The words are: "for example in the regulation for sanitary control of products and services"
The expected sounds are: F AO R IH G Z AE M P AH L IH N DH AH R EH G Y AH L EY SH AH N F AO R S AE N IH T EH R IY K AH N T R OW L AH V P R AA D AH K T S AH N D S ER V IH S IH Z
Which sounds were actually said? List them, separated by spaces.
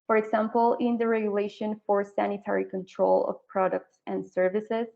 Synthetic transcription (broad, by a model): F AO R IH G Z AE M P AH L IH N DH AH R EH G Y AH L EY SH AH N F AO R S AE N IH T EH R IY K AH N T R OW L AH V P R AA D AH K T S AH N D S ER V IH S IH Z